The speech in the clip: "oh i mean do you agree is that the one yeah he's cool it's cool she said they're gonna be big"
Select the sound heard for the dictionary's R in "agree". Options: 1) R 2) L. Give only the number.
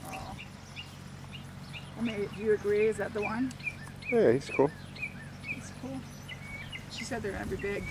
1